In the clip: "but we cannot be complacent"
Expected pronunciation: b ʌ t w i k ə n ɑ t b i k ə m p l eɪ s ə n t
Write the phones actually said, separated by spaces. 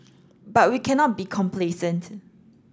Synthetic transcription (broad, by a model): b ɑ t w i k ə n ɑ t b i k ə m p l eɪ s ə n t